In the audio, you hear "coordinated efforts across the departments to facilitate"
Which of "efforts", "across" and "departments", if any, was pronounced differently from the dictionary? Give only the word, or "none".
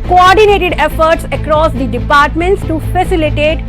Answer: none